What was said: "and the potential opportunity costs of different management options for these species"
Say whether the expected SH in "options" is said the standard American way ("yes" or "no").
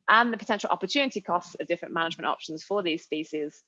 yes